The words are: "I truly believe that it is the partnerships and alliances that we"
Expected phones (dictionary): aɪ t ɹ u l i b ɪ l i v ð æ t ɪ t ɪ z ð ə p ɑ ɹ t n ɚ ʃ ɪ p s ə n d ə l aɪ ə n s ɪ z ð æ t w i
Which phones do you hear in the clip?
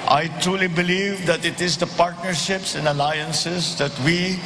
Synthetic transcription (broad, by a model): aɪ t ɹ u l i b ɪ l i v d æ t ɪ t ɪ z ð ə p ɑ ɹ t n ɚ ʃ ɪ p s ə n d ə l aɪ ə n s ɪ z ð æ t w i